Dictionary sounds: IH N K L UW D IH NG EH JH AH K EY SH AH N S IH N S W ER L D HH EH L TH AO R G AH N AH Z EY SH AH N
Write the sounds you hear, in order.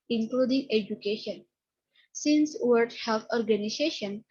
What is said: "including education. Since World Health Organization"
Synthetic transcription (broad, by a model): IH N K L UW D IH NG EH JH AH K EY SH AH N S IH N S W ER D HH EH L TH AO R G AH N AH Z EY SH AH N